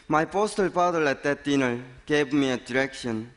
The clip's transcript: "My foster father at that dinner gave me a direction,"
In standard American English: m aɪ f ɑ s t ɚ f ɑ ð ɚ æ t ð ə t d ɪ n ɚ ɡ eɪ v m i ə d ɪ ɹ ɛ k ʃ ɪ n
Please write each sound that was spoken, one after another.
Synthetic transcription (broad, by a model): m aɪ p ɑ s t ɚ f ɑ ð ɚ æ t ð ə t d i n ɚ ɡ eɪ v m i ə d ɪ ɹ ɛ k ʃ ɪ n